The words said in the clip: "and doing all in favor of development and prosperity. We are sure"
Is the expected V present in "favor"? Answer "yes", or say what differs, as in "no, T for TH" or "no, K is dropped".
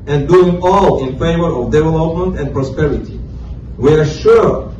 yes